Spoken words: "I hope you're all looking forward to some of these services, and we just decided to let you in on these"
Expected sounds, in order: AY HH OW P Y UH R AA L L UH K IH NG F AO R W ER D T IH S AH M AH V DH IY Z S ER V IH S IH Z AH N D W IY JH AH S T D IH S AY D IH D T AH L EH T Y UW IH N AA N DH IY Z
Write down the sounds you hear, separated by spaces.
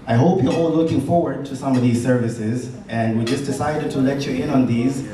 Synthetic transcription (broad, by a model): AY HH OW P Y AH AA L L UH K IH NG F AO R W ER D T IH S AH M AH V DH IY Z S ER V IH S IH Z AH N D W IY JH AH S D IH S AY D IH D T AH L EH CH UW IH N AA N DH IY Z